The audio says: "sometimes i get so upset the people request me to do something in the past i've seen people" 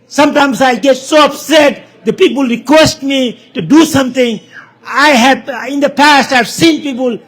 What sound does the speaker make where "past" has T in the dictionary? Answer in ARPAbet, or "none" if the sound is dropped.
T